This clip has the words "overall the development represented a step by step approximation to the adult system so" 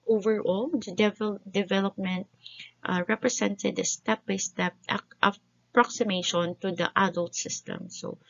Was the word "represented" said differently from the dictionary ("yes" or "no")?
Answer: yes